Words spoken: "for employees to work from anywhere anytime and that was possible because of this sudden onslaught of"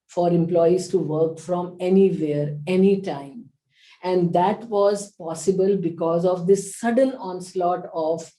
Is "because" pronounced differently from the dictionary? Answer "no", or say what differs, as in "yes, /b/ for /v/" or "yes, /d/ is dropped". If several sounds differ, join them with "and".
no